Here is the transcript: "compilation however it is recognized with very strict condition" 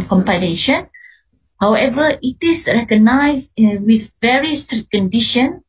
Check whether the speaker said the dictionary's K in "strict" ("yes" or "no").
no